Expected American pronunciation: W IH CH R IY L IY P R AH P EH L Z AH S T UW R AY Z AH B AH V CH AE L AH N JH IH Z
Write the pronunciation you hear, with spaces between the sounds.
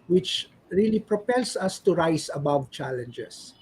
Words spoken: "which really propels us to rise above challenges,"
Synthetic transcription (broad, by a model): W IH CH R IY L IY P R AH P EH L S AH S T UW R AY S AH B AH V CH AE L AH N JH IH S